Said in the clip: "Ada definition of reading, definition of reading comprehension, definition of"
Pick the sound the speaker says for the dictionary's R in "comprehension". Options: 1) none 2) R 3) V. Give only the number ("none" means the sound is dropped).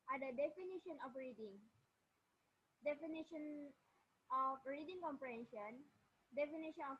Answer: 2